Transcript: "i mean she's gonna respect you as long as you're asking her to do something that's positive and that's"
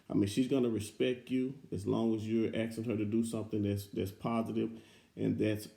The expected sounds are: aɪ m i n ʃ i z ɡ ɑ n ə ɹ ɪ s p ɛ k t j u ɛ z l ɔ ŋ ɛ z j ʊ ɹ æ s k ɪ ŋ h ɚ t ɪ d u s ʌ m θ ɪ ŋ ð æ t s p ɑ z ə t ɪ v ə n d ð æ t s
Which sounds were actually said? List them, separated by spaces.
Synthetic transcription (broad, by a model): aɪ m i n ʃ i z ɡ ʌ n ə ɹ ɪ s p ɛ k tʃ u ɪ z l ɔ ŋ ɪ z j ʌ ɹ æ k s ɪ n h ɚ t ɪ d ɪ s ʌ m θ ɪ ŋ ð æ t s p ɑ z ə t ɪ v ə n ð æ t s